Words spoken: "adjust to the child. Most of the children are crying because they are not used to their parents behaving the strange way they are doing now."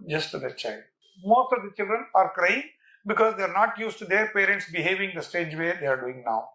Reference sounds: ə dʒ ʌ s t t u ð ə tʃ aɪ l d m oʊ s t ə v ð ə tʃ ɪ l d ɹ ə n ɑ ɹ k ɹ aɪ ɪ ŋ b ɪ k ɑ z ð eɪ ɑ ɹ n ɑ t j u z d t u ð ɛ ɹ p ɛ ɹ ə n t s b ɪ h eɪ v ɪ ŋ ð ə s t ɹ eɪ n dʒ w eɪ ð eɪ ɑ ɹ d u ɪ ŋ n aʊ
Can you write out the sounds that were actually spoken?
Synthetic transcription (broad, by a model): dʒ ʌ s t t u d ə tʃ aɪ l d m oʊ s t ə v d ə tʃ ɪ l d ɹ ə n ɑ ɹ k ɹ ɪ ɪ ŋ b ɪ k ɑ z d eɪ ɑ ɹ n ɑ t j u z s t u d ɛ ɹ p ɛ ɹ ə n t s b ɪ h eɪ v ɪ ŋ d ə s t eɪ dʒ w eɪ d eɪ ɑ ɹ d u ɪ ŋ n aʊ